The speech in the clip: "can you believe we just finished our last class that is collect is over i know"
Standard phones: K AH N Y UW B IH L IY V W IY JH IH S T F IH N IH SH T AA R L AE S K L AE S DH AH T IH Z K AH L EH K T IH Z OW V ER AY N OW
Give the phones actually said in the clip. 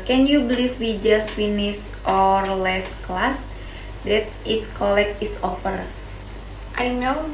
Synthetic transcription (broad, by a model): K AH N Y UW B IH L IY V W IY JH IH S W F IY N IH S T AA R L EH S K L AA S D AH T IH S K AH L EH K IH S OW F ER AY N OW